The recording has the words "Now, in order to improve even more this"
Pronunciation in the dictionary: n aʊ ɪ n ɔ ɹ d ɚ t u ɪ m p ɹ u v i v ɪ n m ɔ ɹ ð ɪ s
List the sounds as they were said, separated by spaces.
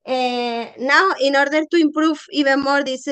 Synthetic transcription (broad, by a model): n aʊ ɪ n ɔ ɹ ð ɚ t u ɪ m p ɹ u f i b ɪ m ɔ ɹ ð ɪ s